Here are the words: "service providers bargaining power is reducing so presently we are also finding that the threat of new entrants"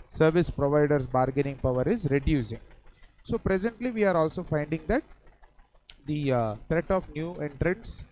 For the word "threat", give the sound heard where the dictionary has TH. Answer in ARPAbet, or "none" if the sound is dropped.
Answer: T